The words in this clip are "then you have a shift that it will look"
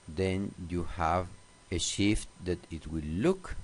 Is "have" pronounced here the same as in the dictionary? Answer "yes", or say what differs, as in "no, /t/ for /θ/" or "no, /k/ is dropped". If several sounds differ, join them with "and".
yes